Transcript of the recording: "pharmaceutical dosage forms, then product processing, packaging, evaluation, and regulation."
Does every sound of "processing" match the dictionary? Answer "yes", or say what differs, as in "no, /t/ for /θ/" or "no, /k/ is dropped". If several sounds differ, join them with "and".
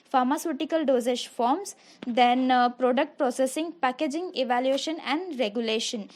yes